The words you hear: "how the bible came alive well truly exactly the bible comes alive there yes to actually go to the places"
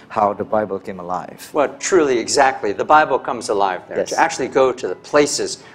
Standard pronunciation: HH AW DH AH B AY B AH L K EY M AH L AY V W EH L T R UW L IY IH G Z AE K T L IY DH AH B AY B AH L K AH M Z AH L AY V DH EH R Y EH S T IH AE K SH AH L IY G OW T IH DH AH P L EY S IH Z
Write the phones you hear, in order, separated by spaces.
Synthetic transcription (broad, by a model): HH AW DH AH B AY B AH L K EY M AH L AY V W EH L T R UW L IY IH G Z AE K T L IY DH AH B AY B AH L K AH M Z AH L AY V DH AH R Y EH T IH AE K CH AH L IY G OW T IH DH AH P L EY S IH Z